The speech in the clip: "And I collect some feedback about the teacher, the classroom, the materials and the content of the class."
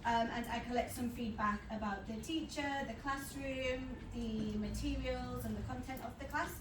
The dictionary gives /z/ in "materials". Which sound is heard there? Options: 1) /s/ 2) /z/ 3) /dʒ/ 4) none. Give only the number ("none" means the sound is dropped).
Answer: 2